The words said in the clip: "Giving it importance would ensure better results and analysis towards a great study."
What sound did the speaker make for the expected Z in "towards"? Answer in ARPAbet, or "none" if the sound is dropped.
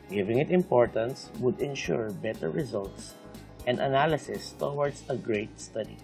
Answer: S